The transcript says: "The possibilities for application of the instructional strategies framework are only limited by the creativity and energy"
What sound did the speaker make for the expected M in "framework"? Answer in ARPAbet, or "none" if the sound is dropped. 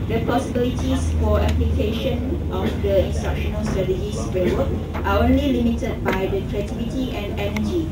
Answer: none